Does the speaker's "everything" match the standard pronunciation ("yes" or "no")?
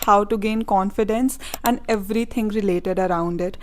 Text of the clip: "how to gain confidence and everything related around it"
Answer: no